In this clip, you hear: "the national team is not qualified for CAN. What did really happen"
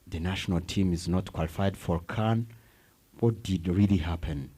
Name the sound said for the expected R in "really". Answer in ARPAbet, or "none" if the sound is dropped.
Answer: R